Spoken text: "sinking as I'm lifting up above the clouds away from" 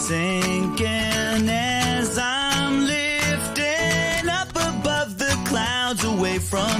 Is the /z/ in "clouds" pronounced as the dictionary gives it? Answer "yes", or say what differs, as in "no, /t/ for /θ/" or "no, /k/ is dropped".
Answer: yes